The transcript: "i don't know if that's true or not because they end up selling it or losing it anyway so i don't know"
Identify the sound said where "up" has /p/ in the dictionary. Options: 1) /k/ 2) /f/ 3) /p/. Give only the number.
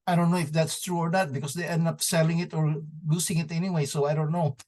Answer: 3